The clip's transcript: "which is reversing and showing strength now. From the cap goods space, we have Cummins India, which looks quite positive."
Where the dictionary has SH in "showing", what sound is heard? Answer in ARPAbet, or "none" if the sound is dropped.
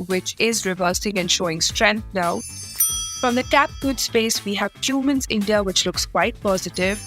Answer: SH